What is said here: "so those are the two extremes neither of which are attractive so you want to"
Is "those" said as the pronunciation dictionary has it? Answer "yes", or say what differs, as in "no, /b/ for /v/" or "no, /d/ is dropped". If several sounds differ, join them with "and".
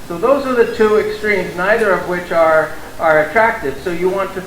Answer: yes